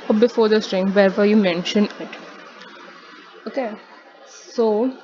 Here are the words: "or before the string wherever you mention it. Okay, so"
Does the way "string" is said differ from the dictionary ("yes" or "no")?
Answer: no